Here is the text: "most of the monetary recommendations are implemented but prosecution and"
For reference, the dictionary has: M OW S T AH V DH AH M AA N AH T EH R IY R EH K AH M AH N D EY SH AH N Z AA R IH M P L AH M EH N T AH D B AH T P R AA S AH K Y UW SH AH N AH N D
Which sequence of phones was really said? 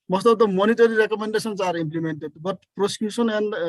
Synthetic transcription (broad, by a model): M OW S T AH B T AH M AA N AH T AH R IY R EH K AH M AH N D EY S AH N S AA R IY M P L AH M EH N T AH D B AH T P R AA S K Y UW S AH N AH N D